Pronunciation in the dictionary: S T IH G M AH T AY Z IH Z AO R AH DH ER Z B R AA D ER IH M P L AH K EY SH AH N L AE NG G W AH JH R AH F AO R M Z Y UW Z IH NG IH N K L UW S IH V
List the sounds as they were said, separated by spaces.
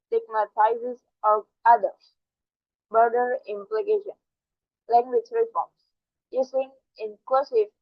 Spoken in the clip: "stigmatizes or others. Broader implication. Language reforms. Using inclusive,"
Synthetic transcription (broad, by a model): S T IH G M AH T AY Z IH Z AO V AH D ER S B AA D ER IH M P L AH K EY SH AH N L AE NG G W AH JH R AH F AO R M S Y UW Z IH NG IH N K L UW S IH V